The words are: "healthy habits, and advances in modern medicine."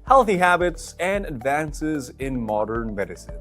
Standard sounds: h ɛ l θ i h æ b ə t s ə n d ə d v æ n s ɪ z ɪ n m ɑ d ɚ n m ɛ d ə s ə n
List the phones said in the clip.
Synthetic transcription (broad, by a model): h ɛ l θ i h æ b ə t s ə n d ə d v æ n s ɪ z ɪ n m ɑ d ɚ n m ɛ d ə s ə n